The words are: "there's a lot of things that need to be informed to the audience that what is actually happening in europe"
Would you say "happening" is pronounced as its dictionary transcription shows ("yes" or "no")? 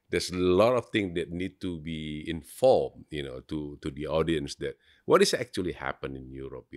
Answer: no